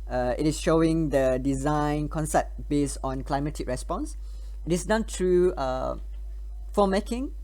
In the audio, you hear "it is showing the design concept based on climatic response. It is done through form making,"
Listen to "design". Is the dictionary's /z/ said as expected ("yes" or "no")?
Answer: yes